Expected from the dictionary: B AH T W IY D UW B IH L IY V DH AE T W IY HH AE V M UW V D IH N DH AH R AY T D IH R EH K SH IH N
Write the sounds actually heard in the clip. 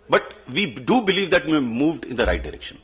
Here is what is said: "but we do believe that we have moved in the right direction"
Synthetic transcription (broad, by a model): B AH T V IY D UW B IH L IY V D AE T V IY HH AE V M UW V D IH N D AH R AY T D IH R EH K SH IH N